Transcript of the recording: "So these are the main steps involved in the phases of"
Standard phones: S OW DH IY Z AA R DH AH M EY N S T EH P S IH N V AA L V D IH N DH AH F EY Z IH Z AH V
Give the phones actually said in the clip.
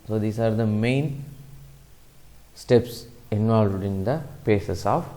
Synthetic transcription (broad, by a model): S OW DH IY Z AA R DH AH M EY N S T EH P S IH N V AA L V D IH N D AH P EY S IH S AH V